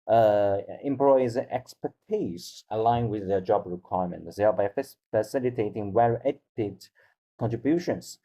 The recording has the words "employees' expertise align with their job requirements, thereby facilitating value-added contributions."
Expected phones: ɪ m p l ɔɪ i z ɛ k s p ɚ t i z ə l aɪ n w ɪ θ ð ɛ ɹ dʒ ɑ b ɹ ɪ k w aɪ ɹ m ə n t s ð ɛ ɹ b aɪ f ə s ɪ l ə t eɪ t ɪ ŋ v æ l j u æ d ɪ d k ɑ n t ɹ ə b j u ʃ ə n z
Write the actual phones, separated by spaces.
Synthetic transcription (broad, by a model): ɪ m p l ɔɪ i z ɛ k s p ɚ t i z ə l aɪ n w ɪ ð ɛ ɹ dʒ ɑ b ɹ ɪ k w aɪ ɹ m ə n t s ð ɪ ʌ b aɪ f ə s ɪ l ə t eɪ t ɪ ŋ w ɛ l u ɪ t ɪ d k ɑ n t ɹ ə b j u ʃ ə n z